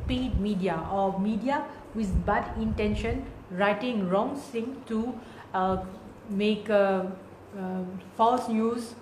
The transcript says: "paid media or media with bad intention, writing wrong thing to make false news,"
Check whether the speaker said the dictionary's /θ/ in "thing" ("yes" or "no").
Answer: no